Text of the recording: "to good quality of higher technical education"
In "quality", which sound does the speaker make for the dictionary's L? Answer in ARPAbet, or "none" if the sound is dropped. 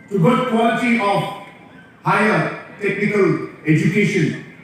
none